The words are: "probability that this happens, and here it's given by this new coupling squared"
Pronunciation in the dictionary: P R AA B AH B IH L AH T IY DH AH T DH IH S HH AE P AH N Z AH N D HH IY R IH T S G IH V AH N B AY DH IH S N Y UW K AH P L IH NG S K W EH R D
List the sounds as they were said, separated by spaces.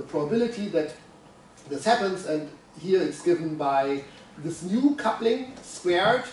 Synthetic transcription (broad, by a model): P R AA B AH B IH L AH T IY DH AH T DH IH S HH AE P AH N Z AH N D HH IY R IH T S G IH V AH N B AY DH IH S N Y UW K AH P L IH NG S K W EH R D